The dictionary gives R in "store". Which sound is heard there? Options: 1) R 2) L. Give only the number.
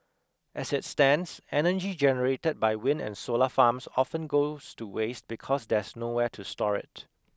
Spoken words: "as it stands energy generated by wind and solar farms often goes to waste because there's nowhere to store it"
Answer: 1